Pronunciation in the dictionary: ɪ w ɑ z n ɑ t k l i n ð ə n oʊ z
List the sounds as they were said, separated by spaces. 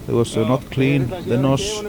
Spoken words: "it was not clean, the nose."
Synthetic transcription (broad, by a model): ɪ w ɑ s n ɑ t k l i n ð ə n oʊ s